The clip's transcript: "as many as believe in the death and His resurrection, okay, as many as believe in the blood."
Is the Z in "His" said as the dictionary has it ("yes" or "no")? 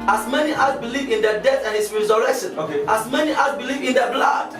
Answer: no